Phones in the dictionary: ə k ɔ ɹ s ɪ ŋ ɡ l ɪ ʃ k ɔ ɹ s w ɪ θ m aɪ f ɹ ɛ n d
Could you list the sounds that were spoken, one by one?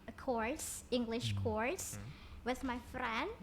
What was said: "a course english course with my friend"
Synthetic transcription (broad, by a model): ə k ɔ ɹ s ɪ ŋ ɡ l ɪ ʃ k ɔ ɹ s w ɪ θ m aɪ f ɹ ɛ n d